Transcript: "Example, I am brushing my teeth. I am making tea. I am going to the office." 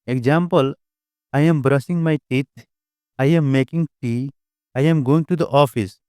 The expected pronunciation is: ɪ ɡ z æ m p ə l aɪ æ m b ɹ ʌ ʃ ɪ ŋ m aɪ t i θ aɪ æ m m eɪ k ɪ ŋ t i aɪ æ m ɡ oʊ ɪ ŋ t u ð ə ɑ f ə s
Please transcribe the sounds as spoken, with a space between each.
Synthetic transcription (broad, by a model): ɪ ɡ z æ m p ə l aɪ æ m b ɹ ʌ s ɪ ŋ m aɪ t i t aɪ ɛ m m eɪ k ɪ ŋ t i aɪ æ m ɡ oʊ ɪ ŋ t u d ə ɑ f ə s